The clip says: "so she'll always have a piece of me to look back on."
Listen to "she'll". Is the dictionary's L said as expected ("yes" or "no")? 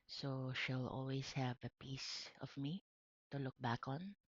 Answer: yes